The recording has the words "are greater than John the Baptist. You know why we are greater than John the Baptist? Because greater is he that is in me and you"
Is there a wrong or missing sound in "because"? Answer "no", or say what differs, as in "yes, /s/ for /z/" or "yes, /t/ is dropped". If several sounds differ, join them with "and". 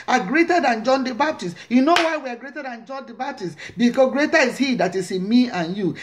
yes, /z/ is dropped